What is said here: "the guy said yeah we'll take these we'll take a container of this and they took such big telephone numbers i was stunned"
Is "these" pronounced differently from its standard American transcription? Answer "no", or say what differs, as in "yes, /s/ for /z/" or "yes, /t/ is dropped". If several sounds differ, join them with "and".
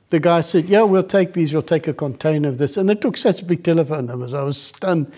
no